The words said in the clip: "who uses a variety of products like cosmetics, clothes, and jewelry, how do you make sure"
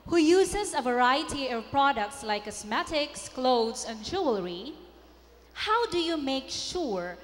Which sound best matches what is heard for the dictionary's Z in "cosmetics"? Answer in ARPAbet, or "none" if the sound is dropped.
S